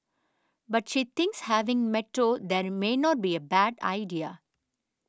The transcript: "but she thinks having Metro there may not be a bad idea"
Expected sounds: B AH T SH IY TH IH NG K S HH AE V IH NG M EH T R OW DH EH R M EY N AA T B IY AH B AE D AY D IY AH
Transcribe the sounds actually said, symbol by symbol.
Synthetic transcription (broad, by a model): B AH T SH IY T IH NG K S HH AE V IH NG M EH T R OW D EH R M EY N AA T B IY AH B AE D AY D IY AH